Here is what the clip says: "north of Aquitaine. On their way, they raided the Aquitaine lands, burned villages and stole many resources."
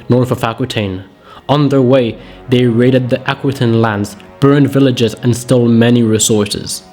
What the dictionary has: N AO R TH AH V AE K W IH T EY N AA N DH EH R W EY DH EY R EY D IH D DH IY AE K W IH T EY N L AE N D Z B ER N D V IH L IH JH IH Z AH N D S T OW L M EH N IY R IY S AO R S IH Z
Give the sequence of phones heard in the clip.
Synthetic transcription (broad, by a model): N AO R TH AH F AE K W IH T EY N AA N DH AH R W EY DH EY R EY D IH D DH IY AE K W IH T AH N L AE N D Z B ER N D V IH L IH JH IH Z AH N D S T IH L M EH N IY R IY S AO R S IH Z